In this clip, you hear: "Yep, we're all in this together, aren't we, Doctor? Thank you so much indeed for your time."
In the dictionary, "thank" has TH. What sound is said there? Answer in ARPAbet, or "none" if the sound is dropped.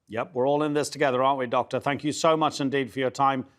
TH